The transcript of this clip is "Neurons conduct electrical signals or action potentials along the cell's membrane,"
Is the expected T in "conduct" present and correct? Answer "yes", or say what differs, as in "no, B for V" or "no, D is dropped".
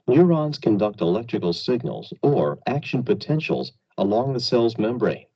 yes